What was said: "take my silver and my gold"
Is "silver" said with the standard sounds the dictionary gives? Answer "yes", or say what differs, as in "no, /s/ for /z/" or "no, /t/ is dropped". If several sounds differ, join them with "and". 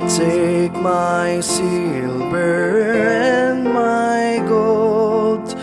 no, /b/ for /v/